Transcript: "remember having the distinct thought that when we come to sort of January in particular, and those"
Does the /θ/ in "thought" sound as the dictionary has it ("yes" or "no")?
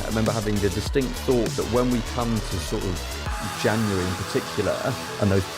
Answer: yes